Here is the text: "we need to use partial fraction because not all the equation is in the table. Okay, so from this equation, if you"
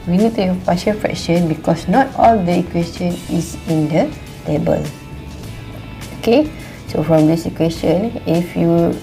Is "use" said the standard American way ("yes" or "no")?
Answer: no